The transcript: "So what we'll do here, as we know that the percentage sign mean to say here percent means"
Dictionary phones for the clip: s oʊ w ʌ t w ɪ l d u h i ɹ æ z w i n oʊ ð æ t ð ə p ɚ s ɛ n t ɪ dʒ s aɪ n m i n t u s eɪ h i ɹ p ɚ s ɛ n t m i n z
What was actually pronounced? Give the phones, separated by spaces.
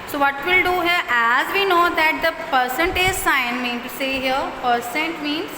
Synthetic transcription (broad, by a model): s oʊ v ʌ t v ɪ l d u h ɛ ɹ æ z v i n oʊ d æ t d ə p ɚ s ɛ n t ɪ z s aɪ n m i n t u s eɪ h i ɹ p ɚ s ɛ n t m i n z